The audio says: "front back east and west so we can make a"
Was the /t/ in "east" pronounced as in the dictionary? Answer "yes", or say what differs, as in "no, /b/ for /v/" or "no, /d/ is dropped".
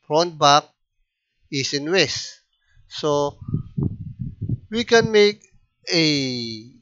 no, /t/ is dropped